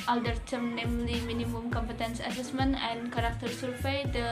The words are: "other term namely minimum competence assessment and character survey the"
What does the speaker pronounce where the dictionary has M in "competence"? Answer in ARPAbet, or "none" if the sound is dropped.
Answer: M